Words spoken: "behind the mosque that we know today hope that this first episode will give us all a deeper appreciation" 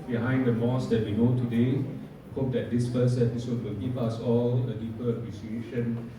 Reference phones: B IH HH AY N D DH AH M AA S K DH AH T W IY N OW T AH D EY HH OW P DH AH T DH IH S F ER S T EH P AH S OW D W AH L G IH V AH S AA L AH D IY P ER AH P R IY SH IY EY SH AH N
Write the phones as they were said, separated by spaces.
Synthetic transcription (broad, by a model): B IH HH AY N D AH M AA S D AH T W IY N OW T AH D EY HH OW P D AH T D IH S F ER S EH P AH S OW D W AH L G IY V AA S AA L AH D IY P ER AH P R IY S IY EY SH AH N